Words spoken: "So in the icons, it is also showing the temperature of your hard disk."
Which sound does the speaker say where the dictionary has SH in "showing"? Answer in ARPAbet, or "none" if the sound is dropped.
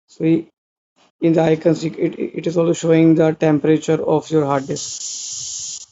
SH